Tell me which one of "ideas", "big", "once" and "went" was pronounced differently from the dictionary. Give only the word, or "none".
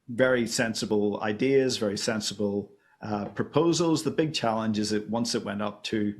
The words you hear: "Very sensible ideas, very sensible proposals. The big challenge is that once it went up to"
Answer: none